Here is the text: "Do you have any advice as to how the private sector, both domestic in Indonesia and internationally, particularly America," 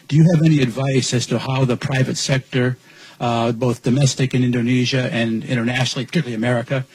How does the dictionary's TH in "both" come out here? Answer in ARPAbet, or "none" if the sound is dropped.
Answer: TH